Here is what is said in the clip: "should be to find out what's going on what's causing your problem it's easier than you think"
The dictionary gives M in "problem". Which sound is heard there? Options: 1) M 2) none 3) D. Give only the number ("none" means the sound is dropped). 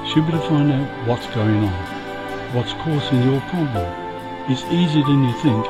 2